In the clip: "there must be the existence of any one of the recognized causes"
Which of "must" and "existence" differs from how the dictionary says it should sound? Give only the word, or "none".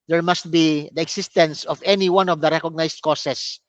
existence